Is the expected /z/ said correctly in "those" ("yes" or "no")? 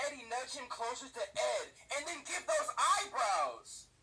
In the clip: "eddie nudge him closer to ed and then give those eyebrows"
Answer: yes